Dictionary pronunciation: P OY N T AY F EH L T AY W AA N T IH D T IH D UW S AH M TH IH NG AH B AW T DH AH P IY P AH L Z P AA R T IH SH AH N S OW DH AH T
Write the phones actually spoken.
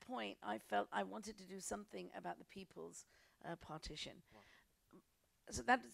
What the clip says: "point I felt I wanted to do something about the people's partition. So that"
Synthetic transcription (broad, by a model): P OY N T AY F EH L T AY W AA N T IH D T IH D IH S AH M TH IH NG AH B AW T DH AH P IY P AH L Z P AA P T IH SH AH N S OW DH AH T